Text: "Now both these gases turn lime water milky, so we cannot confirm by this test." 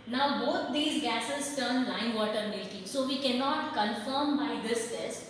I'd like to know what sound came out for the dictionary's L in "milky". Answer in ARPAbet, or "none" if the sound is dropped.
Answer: none